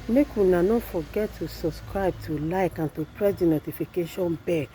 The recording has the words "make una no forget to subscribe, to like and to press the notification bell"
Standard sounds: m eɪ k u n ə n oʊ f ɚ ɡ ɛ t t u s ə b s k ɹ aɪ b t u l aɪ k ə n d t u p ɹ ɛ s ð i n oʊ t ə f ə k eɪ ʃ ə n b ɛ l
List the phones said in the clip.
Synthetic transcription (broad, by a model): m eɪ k u n ə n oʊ f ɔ ɡ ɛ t t u s ə b s k ɹ aɪ b t u l aɪ k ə n t u p ɹ ɛ s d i n oʊ t ə f ə k eɪ ʃ ə n b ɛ